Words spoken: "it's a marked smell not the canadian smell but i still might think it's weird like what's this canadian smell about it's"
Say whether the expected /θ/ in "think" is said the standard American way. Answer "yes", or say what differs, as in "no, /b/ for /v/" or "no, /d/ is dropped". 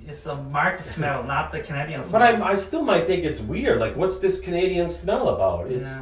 yes